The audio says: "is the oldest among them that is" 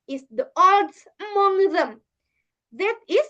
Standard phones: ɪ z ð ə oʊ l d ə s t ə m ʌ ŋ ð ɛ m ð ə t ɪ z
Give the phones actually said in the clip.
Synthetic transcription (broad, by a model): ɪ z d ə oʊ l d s ə m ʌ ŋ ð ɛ m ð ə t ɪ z